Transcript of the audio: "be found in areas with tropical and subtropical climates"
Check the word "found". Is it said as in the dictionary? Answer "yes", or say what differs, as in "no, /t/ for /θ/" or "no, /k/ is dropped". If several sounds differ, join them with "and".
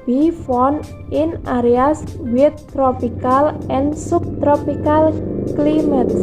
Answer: no, /d/ is dropped